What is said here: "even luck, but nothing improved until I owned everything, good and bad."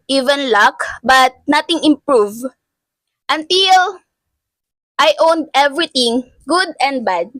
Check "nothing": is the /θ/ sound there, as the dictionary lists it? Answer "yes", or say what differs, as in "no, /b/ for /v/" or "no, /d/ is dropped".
no, /t/ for /θ/